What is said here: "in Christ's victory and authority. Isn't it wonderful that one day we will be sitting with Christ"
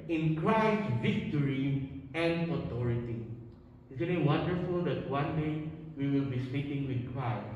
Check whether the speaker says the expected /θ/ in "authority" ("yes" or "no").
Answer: no